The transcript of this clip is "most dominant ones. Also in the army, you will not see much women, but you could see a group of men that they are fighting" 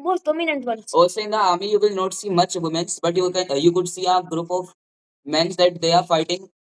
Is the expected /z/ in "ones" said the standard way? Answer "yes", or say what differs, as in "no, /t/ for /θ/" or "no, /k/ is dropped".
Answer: no, /z/ is dropped